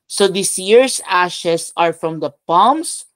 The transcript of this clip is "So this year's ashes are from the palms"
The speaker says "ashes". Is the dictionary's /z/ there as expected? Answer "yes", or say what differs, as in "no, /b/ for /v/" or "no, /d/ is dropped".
no, /s/ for /z/